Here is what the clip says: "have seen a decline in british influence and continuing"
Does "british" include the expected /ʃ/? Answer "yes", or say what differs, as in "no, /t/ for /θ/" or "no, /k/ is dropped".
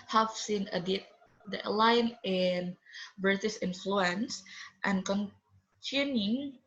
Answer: no, /s/ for /ʃ/